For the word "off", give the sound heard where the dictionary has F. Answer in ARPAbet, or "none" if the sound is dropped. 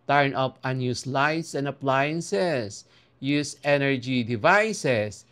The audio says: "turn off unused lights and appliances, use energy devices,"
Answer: P